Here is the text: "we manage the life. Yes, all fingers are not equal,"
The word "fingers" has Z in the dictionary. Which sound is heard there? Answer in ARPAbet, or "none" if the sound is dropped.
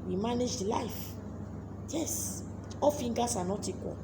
S